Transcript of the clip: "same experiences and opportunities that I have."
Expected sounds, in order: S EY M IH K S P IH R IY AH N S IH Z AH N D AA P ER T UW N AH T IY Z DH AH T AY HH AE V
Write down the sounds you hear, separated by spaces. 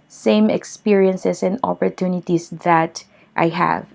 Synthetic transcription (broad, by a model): S EY M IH K S P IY R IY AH N S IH S AH N D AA P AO T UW N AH T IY S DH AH T AY HH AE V